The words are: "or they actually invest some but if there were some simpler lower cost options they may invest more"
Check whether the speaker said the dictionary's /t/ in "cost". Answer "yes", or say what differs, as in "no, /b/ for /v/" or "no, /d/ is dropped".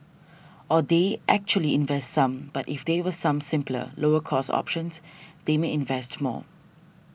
no, /t/ is dropped